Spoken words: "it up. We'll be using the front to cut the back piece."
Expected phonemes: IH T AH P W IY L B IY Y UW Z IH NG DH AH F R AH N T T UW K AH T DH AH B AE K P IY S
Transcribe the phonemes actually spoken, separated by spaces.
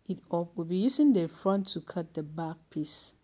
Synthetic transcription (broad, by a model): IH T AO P W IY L B IY Y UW S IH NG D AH F R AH N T T UW K AH T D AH B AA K P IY S